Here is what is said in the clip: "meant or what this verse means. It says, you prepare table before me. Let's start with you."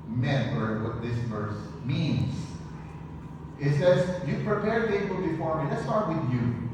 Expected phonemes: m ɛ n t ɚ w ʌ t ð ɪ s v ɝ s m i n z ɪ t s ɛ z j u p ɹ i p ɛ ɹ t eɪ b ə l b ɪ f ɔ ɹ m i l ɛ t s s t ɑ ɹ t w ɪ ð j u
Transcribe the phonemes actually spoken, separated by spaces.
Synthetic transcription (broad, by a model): m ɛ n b ɚ w ʌ t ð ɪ s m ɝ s m i n s ɪ t s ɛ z j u p ɹ i p ɛ ɹ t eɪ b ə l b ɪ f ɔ ɹ m i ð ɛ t s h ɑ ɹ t w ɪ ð j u